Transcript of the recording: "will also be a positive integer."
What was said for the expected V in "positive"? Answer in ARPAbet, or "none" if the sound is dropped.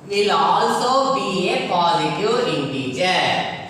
none